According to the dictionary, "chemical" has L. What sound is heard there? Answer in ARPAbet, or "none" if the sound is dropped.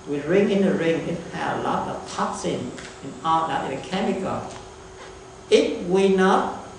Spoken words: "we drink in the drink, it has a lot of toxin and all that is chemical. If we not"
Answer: N